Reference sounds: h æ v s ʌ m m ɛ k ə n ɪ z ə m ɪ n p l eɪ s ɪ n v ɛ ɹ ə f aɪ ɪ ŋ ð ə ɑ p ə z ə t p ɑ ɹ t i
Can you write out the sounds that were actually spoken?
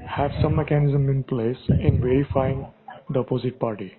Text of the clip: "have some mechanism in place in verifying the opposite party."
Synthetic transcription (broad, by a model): h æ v s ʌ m m ɛ k ə n ɪ z ə m ɪ n p l eɪ s ɪ n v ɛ ɹ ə f aɪ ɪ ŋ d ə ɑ p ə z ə t p ɑ ɹ t i